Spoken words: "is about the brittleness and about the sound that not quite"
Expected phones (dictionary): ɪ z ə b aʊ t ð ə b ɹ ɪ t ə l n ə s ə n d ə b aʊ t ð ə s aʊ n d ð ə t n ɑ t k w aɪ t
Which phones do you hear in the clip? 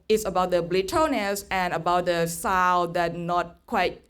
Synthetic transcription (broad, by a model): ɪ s ə b aʊ t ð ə b l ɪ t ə n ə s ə n ə b aʊ t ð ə s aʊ l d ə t n ɑ t k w aɪ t